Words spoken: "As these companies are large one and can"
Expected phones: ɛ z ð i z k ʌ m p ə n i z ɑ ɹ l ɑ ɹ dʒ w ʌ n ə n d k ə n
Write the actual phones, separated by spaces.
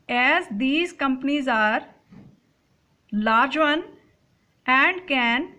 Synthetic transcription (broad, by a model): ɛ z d i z k ʌ m p ə n i z ɑ ɹ l ɑ ɹ dʒ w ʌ n ə n d k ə n